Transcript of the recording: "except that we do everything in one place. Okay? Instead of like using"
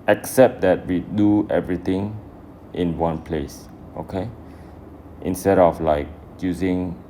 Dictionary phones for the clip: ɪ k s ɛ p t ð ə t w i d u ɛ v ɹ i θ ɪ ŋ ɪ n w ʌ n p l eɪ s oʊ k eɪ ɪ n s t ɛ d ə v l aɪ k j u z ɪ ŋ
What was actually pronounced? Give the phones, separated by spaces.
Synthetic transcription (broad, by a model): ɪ k s ɛ p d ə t w i d u ɛ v ɹ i t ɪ ŋ ɪ n w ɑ n p l eɪ s oʊ k eɪ ɪ n s t ɛ d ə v l aɪ k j u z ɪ ŋ